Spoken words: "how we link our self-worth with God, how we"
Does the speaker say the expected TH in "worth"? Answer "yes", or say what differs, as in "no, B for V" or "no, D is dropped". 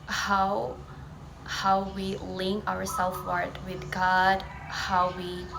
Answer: no, T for TH